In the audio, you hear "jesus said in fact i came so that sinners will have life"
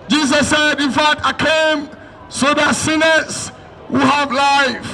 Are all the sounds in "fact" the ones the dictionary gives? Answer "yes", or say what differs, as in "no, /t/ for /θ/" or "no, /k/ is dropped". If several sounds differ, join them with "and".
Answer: no, /k/ is dropped